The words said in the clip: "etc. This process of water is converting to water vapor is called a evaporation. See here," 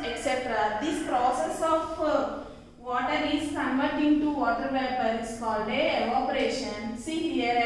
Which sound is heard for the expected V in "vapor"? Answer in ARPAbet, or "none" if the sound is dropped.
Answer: V